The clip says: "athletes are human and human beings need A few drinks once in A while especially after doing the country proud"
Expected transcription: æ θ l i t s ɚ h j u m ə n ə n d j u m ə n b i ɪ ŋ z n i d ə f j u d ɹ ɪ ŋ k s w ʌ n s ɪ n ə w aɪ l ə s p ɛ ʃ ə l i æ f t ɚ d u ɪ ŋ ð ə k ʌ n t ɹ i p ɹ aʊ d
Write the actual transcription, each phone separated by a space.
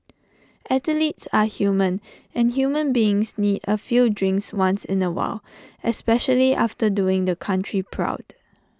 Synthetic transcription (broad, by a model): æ t l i t s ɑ h j u m ə n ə n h j u m ə n b i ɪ ŋ s n i d ə f j u d ɹ ɪ ŋ k s w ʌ n s ɪ n ə w aɪ l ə s p ɛ ʃ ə l i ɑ f t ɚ d u ɪ ŋ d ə k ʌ n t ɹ i p ɹ aʊ d